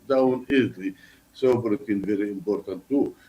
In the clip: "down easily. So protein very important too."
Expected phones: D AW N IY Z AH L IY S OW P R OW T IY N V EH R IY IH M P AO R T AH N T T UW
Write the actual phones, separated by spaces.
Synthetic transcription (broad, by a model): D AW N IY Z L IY S OW B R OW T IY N V EH R IY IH M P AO R T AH N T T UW